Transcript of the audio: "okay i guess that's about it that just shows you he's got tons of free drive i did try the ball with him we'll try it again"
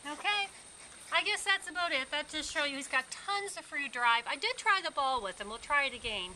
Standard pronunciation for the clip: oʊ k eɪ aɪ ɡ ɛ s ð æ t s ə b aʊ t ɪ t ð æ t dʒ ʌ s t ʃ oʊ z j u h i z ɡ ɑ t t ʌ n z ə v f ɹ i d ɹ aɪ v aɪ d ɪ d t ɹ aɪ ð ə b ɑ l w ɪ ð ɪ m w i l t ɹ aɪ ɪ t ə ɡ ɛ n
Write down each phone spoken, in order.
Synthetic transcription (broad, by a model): oʊ k eɪ aɪ ɡ ɛ s ð æ t s ə b aʊ t ɪ t ð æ t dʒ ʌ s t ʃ oʊ j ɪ h i z ɡ ɑ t t ʌ n z ə v f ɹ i d ɹ aɪ v aɪ d ɪ d t ɹ aɪ ð ə b ɑ l w ɪ ð ɪ m w i l t ɹ aɪ ɪ t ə ɡ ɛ n